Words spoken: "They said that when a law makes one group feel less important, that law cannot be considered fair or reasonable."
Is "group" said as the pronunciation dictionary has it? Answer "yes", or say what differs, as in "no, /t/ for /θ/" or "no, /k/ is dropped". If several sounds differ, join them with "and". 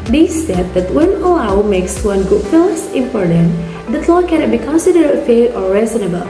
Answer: no, /ɹ/ is dropped